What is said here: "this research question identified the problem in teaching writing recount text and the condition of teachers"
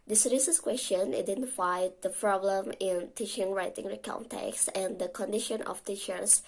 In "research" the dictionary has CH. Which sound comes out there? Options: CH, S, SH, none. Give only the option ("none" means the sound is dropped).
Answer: S